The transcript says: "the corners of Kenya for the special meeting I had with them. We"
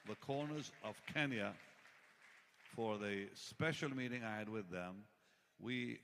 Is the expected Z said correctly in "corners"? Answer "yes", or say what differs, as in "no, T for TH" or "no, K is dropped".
yes